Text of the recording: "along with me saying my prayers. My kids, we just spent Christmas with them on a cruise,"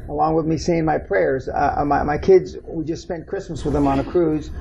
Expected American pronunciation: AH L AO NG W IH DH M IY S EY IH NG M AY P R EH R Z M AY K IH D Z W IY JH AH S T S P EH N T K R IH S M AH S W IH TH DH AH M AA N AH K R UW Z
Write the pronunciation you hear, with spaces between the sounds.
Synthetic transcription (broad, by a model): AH L AO NG W IH DH M IY S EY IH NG M AY P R EH R Z M AY K IH D Z W IY JH AH S T S P EH N K R IH S M AH S W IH DH AH M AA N AH K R UW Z